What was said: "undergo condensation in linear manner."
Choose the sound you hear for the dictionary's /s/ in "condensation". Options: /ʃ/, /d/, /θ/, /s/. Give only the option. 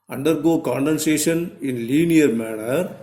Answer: /s/